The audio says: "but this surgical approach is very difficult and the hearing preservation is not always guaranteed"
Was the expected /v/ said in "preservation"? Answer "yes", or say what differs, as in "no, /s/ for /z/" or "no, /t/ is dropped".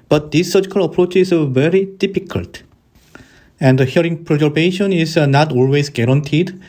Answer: no, /b/ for /v/